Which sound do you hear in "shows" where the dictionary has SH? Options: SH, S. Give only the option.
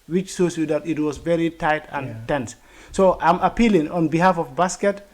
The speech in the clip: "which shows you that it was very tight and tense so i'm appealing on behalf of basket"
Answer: S